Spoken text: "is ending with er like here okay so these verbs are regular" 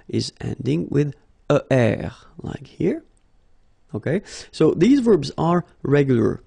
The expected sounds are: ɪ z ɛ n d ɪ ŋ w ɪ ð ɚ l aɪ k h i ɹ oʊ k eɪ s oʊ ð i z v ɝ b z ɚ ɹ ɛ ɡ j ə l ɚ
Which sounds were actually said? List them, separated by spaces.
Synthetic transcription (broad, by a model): ɪ z ɛ n d ɪ ŋ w ɪ ð ɚ l aɪ k h i ɹ oʊ k eɪ s oʊ ð i z v ɝ b z ɚ ɹ ɛ ɡ j l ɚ